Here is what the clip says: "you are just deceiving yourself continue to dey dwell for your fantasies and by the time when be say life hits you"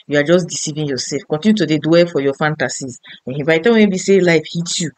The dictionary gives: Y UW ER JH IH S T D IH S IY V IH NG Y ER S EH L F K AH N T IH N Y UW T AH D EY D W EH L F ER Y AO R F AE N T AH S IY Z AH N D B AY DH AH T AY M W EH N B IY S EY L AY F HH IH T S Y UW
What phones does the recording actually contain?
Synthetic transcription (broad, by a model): Y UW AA JH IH S D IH S IY V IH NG Y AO S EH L F K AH N T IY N Y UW T AH D EY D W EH F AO Y AO F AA N T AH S IY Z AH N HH B AY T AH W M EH B IY S EY L AY F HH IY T Y UW